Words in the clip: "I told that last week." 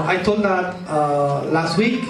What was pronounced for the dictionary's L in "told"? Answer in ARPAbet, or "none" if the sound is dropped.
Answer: none